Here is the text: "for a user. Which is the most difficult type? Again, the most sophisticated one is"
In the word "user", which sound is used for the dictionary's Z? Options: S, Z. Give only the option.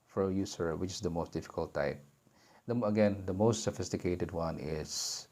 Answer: S